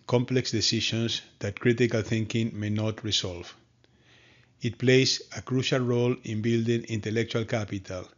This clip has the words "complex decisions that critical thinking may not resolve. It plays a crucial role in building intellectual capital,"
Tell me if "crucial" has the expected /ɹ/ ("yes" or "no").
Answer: yes